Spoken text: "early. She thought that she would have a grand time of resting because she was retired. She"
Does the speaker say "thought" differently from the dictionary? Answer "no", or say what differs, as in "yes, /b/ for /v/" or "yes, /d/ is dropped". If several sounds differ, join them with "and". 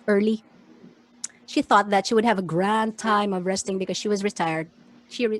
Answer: no